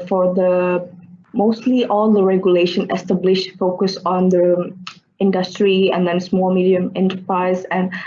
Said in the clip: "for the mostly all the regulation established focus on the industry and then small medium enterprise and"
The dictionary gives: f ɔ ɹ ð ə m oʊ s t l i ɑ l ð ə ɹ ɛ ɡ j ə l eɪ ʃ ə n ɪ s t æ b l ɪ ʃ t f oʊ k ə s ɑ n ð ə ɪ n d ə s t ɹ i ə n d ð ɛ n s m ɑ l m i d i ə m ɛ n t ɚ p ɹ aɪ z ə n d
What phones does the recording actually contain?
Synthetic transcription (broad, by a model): f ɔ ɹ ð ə m oʊ s t l i ɑ l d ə ɹ ɛ ɡ j ə l eɪ ʃ ə n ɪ s t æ b l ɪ ʃ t f oʊ k ə s ɑ n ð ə ɪ n d ə s t ɹ i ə n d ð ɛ n s m ɑ l m i d i ə m ɛ n t ɚ p ɹ aɪ z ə n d